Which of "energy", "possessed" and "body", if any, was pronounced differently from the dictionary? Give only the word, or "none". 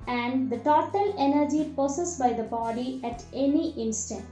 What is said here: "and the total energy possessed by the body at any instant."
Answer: possessed